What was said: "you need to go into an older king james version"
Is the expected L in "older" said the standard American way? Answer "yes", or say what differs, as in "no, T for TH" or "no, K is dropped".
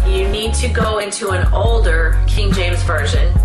yes